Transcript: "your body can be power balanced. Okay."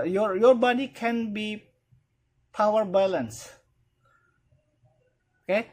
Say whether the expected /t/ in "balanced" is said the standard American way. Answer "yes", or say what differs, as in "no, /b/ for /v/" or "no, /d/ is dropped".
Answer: no, /t/ is dropped